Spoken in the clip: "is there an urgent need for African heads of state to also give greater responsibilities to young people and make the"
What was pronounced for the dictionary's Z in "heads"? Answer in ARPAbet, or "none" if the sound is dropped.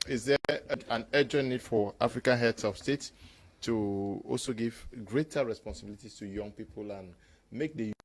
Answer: S